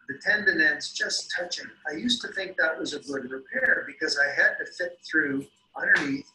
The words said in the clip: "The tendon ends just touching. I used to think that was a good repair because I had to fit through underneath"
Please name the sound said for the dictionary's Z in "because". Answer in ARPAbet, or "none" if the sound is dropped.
Z